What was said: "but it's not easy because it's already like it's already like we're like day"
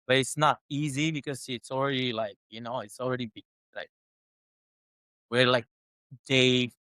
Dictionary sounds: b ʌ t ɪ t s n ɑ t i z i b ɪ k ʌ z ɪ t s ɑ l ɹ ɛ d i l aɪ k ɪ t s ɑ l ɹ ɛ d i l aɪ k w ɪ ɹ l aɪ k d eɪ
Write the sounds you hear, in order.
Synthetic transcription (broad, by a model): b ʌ t ɪ t s n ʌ t i z i b ɪ k ʌ z ɪ t s l ɹ ɛ d i l aɪ k ɪ t s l ɹ ɛ d i l aɪ k w ɪ ɹ l aɪ k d eɪ